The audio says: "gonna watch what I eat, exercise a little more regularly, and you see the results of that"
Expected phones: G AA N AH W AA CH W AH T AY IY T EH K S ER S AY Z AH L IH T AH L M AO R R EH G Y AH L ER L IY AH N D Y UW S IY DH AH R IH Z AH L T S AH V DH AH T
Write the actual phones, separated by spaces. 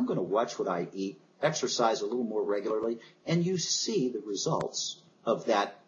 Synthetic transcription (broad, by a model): G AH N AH W AA CH W AH T AY IY T EH K S ER S AY Z AH L IH T L M AO R R EH G Y L ER L IY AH N Y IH S IY DH AH R IH Z AH L T S AH V DH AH T